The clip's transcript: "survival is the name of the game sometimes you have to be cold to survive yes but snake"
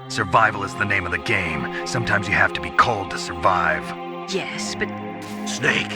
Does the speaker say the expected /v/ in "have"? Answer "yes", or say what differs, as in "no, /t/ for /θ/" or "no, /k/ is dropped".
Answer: no, /f/ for /v/